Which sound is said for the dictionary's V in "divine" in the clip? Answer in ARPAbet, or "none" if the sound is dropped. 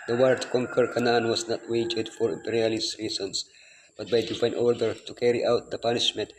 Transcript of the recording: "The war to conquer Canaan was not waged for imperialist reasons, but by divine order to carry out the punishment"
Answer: P